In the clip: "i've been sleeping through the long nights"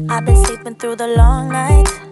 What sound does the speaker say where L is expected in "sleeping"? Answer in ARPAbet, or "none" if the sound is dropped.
none